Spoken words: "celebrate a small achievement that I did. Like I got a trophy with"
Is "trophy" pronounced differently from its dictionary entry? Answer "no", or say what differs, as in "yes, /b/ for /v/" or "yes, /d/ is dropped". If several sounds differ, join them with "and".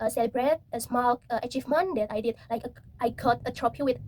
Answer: yes, /p/ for /f/